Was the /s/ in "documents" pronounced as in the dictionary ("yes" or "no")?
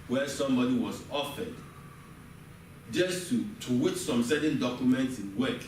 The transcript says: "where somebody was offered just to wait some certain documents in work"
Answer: yes